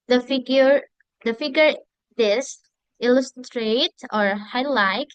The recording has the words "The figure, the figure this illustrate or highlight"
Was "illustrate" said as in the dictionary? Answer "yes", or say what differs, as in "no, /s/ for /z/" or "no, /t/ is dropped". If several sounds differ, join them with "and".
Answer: yes